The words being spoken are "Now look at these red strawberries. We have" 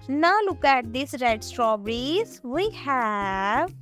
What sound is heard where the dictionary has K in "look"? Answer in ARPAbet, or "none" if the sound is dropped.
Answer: K